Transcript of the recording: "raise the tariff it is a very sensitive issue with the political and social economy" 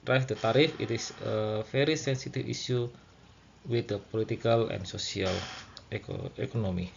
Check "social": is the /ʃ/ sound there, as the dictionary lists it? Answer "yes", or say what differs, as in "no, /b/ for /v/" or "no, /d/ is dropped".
no, /s/ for /ʃ/